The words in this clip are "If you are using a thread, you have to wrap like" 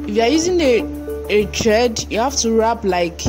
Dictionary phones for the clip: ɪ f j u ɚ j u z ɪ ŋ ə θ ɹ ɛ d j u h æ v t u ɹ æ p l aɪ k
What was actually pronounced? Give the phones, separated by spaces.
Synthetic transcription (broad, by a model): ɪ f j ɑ j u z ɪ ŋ ə t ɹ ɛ d j u h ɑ f t u ɹ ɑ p l aɪ k